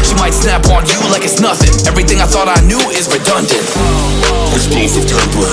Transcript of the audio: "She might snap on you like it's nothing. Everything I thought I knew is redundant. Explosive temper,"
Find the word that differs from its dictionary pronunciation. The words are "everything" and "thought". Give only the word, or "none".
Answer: none